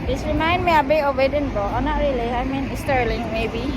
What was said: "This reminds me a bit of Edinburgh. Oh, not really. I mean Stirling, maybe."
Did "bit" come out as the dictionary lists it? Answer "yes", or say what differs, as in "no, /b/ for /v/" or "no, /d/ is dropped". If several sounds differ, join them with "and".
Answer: no, /t/ is dropped